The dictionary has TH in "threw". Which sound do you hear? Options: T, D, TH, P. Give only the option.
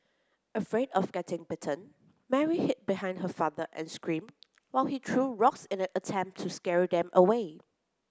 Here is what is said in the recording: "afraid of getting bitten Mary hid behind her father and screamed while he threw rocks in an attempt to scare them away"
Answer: T